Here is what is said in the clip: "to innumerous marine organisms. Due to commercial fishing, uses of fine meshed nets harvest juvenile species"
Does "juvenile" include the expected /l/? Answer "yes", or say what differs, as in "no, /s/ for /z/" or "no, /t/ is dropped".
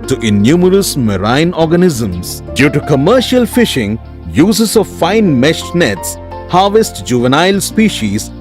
yes